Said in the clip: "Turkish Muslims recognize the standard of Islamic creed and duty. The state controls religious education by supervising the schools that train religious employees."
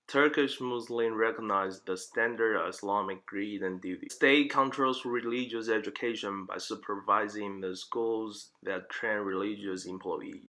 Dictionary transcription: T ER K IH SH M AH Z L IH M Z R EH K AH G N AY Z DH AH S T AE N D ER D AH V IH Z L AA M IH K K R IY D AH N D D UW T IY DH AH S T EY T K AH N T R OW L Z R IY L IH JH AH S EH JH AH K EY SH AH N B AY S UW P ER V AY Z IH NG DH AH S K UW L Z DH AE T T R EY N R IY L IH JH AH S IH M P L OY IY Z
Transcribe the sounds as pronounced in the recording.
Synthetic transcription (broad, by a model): T ER K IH SH M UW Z L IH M R EH K AH G N AY Z DH AH S T AE N D ER D AH V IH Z L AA M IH K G R IY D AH N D D UW T IY S T EY T K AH N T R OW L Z R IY L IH JH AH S EH JH AH K EY SH AH N B AY S UW P ER V AY Z IH NG DH AH S K UW L Z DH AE T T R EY N R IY L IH JH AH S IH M P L OY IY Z